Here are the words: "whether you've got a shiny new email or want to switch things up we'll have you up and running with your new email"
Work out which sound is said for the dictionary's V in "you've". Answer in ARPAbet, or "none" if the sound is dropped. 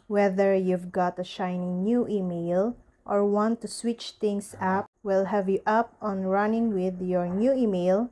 V